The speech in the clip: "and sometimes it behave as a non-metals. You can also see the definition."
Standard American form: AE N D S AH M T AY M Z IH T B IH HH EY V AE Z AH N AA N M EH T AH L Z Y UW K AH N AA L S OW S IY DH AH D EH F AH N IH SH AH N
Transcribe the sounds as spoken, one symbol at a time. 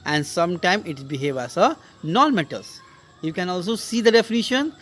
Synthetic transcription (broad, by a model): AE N D S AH M T AY M IH T B IH HH EY V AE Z AH N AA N M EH T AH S Y UW K AH N AA L S OW S IY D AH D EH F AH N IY SH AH N